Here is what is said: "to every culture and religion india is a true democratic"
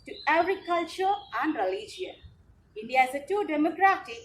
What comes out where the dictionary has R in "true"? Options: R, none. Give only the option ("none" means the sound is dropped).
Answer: none